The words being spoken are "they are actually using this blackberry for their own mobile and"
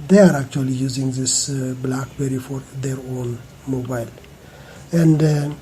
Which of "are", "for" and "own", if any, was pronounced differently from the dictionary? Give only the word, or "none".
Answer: none